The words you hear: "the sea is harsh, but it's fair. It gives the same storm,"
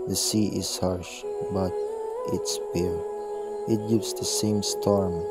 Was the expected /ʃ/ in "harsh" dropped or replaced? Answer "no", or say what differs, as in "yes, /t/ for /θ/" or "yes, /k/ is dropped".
no